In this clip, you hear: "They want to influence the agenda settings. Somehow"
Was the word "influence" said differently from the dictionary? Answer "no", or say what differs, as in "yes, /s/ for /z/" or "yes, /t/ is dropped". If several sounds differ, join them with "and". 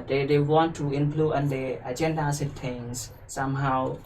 yes, /p/ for /f/